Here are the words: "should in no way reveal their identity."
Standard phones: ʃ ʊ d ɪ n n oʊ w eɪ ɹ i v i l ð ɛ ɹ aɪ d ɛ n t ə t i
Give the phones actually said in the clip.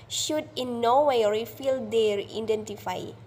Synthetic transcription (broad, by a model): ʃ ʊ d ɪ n n oʊ w eɪ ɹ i f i l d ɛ ɹ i d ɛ n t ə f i